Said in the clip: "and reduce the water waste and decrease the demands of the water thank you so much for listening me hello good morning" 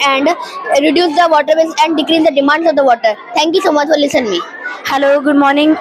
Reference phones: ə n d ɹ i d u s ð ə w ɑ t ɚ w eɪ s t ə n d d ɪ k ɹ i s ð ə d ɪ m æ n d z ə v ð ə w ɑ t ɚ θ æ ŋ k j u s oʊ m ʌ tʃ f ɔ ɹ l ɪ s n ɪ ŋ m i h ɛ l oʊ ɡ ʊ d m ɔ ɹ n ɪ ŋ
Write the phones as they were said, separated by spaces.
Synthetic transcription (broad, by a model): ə n d ɹ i d u s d ə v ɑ t ɚ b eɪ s ə n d d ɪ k ɹ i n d ə d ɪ m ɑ n d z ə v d ə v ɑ t ɚ t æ ŋ k j u s oʊ m ʌ tʃ f ɔ ɹ l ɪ s ɪ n m i h ɛ l oʊ ɡ ʊ d m ɔ ɹ n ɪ ŋ